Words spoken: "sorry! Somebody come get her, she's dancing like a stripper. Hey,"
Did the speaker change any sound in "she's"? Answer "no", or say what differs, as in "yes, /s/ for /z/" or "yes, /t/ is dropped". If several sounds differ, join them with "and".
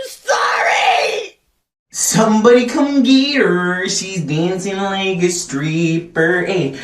no